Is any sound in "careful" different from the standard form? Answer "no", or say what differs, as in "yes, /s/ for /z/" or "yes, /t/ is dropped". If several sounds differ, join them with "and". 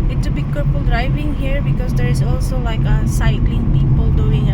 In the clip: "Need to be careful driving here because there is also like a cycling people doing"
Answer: yes, /p/ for /f/